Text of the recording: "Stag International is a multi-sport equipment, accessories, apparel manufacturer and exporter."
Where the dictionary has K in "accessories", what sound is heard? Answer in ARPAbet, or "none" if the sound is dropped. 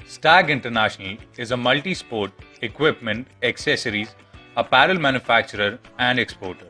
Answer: K